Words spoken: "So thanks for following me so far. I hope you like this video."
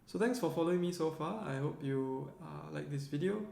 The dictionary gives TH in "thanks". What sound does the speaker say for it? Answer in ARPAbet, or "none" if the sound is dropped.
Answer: T